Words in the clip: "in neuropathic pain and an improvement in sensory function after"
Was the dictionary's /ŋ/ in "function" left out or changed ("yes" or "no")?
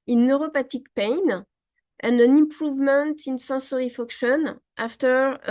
yes